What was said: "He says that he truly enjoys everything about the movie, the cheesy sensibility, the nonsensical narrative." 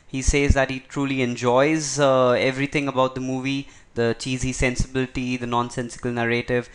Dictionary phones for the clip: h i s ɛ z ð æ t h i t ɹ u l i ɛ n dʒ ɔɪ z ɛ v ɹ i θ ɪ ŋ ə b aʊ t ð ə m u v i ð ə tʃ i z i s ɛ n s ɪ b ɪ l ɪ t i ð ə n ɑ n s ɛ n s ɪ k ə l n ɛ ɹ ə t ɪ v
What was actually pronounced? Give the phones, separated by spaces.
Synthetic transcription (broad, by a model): h i s ɛ z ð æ t h i t ɹ u l i ɛ n dʒ ɔɪ z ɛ v ɹ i t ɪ ŋ ə b aʊ t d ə m u v i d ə tʃ i z i s ɛ n s ɪ b ɪ l ɪ t i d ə n ɑ n s ɛ n s ɪ k ə l n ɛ ɹ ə t ɪ v